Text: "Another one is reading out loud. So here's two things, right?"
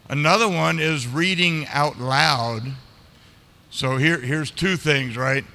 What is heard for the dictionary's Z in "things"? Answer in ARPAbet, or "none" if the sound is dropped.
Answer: Z